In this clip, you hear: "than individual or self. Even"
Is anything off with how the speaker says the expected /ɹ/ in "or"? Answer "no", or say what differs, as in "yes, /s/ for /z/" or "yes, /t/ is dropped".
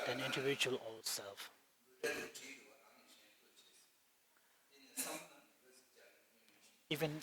yes, /l/ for /ɹ/